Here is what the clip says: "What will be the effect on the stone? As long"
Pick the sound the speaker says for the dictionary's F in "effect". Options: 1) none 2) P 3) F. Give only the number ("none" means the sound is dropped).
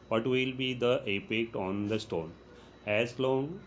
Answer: 2